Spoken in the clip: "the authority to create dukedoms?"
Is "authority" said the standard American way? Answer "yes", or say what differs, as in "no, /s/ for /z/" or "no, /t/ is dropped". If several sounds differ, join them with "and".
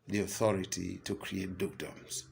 yes